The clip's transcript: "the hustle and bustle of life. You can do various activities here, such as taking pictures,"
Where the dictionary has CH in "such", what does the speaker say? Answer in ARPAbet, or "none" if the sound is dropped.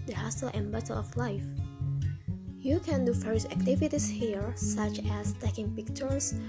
CH